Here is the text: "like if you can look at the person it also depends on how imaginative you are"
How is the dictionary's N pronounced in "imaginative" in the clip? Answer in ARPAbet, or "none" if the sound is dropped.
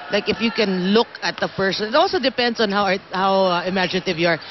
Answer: N